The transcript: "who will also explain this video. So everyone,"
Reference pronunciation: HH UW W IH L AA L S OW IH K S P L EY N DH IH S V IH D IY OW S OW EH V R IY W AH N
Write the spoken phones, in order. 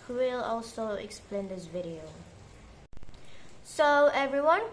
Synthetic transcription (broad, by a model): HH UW W IH L AA L S OW IH K S P L EY N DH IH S V IH D IY OW S OW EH V R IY W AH N